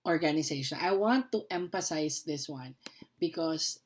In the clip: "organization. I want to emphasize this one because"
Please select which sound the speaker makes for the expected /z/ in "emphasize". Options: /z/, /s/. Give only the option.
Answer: /s/